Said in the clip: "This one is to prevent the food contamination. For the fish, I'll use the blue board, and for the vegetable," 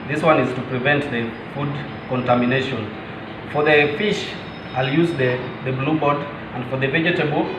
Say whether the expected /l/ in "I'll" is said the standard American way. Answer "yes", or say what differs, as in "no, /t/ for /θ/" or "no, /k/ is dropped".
yes